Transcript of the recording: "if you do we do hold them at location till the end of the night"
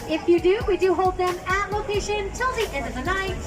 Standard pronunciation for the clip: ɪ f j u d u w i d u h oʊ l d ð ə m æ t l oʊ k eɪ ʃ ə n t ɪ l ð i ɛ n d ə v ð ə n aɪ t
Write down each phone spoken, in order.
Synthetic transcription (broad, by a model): ɪ f j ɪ d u w i d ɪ h oʊ l d ð ə m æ t l oʊ k eɪ ʃ ə n t ɪ l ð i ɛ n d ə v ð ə n aɪ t